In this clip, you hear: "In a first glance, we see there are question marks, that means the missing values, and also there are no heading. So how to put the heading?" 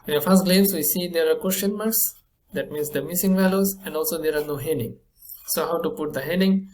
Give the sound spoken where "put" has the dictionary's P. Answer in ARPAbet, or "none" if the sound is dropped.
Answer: P